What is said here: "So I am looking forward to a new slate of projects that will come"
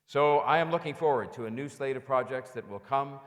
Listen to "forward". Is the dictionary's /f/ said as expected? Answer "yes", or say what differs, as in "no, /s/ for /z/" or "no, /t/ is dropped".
yes